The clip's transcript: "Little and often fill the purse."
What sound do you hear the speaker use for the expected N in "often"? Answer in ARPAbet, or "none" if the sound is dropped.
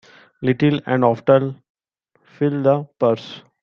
L